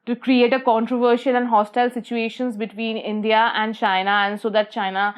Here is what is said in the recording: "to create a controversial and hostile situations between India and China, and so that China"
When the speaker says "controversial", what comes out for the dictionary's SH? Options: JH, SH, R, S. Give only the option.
SH